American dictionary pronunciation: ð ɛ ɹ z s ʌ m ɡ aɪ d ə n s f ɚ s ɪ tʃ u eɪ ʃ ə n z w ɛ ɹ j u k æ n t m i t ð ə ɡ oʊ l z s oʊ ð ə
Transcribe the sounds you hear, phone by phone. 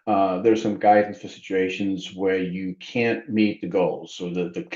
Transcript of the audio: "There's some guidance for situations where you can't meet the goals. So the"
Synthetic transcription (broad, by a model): ð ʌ ɹ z s ʌ m ɡ aɪ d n f ɚ s ɪ tʃ u eɪ ʃ ə n z w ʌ ɹ j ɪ k æ n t m i t ð ə ɡ oʊ l z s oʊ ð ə